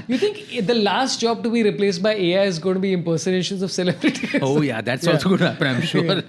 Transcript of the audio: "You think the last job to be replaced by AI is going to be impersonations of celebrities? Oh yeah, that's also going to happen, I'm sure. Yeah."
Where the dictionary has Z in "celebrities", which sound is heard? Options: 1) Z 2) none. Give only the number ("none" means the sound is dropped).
2